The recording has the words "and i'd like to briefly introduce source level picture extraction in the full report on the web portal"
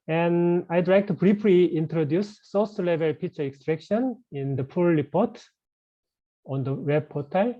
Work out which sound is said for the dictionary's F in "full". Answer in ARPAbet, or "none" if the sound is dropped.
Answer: P